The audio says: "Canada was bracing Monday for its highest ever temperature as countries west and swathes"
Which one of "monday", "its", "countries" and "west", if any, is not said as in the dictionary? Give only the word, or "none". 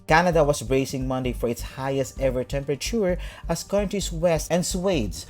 countries